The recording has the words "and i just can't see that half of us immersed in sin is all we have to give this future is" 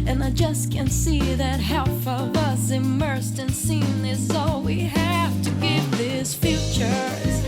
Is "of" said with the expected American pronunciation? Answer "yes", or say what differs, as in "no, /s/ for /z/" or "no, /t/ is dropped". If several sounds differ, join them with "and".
yes